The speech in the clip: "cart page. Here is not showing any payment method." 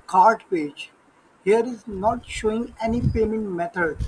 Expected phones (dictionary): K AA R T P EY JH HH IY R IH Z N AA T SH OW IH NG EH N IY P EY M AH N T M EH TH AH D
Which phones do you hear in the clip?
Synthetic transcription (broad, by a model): K AA R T P EY JH HH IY R IH Z N AA T SH OW IH NG EH N IY P EY M AH N T M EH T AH D